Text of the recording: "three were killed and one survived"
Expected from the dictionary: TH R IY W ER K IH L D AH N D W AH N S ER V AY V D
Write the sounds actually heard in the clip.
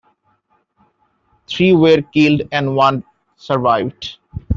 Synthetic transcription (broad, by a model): T R IY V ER K IH L D AH N D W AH N S ER V AY V D